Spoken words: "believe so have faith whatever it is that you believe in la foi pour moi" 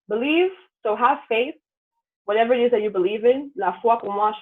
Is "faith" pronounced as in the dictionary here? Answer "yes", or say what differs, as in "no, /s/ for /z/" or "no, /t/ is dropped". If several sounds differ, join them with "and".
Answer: yes